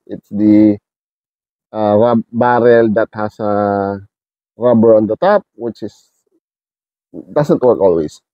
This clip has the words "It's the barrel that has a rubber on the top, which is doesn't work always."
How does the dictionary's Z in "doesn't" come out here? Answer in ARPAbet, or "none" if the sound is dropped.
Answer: S